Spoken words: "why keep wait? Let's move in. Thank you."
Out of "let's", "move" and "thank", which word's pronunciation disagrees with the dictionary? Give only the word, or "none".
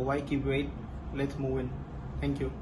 thank